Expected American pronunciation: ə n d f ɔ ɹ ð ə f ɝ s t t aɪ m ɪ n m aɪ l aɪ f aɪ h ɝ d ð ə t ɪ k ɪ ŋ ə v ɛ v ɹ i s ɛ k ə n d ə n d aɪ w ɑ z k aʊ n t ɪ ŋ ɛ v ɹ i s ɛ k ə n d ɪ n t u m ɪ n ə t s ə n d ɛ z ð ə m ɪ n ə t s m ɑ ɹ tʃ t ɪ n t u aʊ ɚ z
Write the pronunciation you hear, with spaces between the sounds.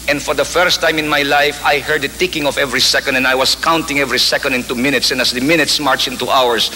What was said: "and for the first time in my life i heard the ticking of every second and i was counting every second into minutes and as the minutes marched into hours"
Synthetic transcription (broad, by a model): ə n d f ɔ ɹ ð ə f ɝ s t t aɪ m ɪ n m aɪ l aɪ f aɪ h ɝ d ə t ɪ k ɪ ŋ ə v ɛ v ɹ i s ɛ k ə n d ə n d aɪ w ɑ s k aʊ n t ɪ ŋ ɛ v ɹ i s ɛ k ə n d ɪ n t u m ɪ n ə t s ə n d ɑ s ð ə m ɪ n ə t s m ɑ ɹ tʃ ɪ n t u aʊ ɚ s